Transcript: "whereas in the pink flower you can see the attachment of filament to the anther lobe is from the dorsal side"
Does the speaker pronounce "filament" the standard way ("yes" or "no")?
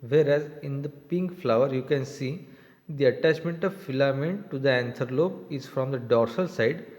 yes